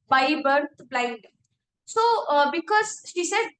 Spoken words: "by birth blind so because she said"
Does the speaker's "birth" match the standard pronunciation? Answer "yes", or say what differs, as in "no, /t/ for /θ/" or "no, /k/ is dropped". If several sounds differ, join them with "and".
no, /t/ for /θ/